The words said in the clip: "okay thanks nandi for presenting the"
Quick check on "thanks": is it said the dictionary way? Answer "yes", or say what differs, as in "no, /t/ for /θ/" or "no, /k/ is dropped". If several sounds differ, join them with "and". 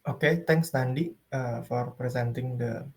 no, /t/ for /θ/